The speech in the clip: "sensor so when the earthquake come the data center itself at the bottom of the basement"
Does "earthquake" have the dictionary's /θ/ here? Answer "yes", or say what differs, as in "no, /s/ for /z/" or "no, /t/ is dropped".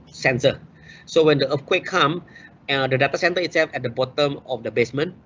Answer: no, /f/ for /θ/